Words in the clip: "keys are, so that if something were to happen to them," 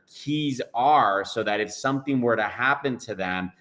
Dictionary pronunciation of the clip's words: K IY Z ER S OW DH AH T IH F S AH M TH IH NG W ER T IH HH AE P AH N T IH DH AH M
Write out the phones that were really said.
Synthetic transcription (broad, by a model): K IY Z ER S OW DH AH T IH F S AH M TH IH NG W ER T IH HH AE P AH N T IH DH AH M